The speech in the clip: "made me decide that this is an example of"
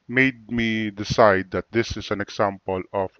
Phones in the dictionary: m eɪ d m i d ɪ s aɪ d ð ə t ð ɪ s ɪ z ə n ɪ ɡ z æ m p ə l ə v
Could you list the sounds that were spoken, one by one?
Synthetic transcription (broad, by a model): m eɪ d m i d ɪ s aɪ d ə t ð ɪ s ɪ s ə n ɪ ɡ s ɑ m p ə l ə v